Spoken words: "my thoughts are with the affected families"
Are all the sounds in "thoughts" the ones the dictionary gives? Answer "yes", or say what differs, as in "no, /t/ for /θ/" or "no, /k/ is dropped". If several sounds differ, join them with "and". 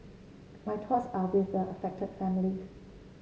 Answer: no, /t/ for /θ/